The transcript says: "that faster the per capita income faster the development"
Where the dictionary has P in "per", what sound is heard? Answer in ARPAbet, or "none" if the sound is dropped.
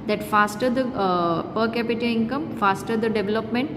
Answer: P